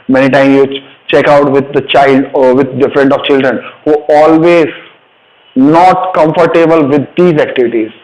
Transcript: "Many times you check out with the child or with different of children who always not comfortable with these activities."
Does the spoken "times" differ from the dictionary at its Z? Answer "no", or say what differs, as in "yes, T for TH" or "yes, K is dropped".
yes, Z is dropped